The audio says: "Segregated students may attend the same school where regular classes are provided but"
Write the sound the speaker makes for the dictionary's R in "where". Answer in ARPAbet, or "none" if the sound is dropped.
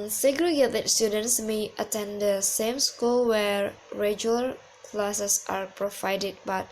R